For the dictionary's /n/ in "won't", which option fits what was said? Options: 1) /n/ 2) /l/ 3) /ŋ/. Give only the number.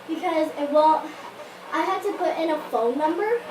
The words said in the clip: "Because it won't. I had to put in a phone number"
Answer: 2